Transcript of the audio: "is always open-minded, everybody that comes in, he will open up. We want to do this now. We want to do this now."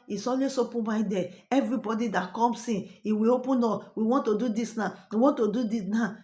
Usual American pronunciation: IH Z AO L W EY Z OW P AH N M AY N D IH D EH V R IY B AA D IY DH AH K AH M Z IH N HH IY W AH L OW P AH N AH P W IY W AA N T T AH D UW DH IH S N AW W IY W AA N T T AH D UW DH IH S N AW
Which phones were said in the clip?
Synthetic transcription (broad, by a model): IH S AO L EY S OW P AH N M AY D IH EH V R IY B AA D IY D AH K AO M S IH N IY W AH OW P AH N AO W IY W AA N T T AH D UW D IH S N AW W IY W AA N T T AH D UW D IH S N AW